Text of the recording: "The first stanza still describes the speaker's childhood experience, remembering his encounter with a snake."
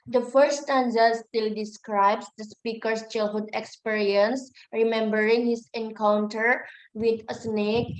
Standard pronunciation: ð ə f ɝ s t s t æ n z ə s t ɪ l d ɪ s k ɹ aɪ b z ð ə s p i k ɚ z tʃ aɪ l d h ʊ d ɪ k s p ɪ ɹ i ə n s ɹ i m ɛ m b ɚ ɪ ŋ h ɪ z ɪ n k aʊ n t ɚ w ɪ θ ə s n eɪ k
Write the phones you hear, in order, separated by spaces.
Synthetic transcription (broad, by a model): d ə f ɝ t s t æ n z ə s t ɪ l d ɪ s k ɹ aɪ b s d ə s p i k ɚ s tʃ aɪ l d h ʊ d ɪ k s p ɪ ɹ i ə n s ɹ i m ɛ m b ɚ ɪ ŋ h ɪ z ɪ n k aʊ n t ɚ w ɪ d ə s n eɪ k